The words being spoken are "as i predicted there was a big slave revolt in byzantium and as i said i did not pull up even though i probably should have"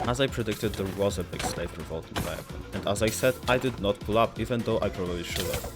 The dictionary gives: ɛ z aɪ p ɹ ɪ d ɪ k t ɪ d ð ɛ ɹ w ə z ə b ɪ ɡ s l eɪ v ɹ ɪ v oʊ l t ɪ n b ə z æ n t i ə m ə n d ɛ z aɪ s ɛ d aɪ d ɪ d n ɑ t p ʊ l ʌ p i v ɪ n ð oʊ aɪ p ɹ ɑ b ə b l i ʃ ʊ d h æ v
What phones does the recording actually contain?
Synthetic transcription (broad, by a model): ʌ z aɪ p ɹ ɪ d ɪ k t ɪ d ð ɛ ɹ w ə z ə b ɪ ɡ s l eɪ f ɹ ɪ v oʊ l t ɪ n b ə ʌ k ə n ə n d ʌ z aɪ s ɛ d aɪ d ɪ d n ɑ t p ʊ l ʌ p i v ɪ n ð oʊ aɪ p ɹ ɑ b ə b l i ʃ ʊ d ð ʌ